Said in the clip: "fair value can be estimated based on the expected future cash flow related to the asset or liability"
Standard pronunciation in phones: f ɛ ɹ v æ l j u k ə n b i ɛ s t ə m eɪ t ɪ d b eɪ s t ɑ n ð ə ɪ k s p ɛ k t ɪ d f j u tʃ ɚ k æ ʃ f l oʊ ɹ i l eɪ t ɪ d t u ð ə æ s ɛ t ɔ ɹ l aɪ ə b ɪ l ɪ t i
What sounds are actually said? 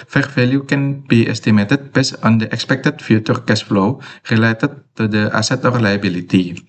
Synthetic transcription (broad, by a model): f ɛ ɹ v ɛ l j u k ə n b i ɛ s t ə m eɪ t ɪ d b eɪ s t ɑ n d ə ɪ k s p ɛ k t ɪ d f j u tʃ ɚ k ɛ s f l oʊ ɹ i l eɪ t ɪ d t u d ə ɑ s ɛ t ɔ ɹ l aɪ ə b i l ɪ t i